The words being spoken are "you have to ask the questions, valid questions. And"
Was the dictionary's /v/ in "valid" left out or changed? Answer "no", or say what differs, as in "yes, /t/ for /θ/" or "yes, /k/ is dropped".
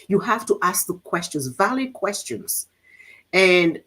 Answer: no